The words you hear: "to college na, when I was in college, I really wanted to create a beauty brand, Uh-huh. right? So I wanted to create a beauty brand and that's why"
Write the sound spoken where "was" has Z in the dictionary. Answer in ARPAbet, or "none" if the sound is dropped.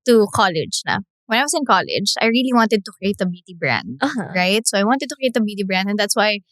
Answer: S